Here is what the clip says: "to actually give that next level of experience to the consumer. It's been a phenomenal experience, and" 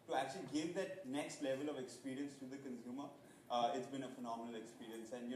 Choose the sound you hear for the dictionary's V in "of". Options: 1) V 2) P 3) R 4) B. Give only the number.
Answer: 1